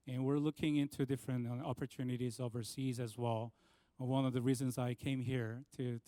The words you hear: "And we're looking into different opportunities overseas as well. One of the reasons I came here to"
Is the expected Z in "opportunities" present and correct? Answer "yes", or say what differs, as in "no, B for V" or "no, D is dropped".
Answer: yes